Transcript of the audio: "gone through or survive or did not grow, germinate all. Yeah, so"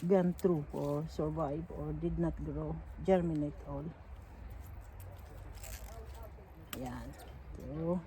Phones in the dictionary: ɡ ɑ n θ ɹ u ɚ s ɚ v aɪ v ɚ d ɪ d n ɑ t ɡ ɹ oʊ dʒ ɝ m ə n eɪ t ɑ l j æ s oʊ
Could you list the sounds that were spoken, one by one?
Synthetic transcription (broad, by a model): ɡ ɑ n t ɹ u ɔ s ɚ v aɪ v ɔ d ɪ d n ɑ t ɡ ɹ oʊ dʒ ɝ m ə n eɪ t ɑ l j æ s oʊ